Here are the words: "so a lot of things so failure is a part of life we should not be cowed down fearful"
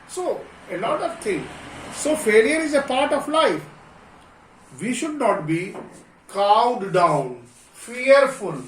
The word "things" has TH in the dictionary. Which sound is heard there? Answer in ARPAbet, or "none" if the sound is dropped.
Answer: T